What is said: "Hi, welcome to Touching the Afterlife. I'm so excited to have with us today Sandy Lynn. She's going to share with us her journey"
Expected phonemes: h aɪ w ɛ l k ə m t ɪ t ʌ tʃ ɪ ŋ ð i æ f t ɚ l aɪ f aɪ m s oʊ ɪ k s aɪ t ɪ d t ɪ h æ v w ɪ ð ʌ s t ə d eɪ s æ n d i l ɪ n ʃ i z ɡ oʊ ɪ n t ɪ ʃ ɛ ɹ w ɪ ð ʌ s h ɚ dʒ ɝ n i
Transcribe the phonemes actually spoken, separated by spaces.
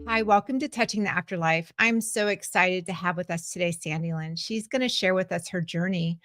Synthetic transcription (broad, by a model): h aɪ w ɛ l k ə m t ɪ t ʌ tʃ ɪ ŋ ð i æ f t ɚ l aɪ f aɪ m s oʊ ɪ k s aɪ t ɪ d t ɪ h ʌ v w ɪ ð ʌ s t ə d eɪ s æ n d i l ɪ n ʃ i z ɡ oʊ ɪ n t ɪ ʃ ɛ ɹ w ɪ ð ʌ s h ɚ dʒ ɝ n i